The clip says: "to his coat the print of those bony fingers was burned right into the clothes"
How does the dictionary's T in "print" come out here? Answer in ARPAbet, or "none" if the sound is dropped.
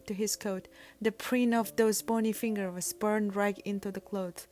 none